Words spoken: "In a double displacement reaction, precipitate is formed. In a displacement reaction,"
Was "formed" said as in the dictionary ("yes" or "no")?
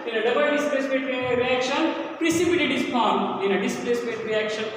no